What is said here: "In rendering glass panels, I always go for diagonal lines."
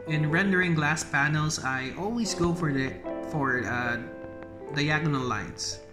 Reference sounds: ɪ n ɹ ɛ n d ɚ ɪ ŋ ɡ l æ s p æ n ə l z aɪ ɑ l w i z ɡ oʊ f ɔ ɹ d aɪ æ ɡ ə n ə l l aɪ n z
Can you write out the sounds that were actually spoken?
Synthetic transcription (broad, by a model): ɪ n ɹ ɛ n d ɚ ɪ ŋ ɡ l æ s p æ n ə l s aɪ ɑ l w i s ɡ oʊ f ɔ ɹ d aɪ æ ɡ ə n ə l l aɪ n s